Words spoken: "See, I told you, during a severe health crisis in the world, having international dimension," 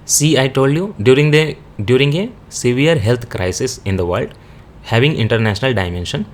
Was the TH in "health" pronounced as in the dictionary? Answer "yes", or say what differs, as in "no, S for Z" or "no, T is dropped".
no, T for TH